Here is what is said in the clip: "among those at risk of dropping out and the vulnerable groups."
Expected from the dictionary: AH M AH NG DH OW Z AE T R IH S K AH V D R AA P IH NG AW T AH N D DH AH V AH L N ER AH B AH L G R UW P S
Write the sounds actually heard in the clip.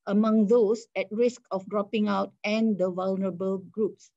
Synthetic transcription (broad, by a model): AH M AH NG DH OW S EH T R IH S K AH F D R AA P IH NG AW T AH N D AH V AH L N ER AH B AH L G R UW P S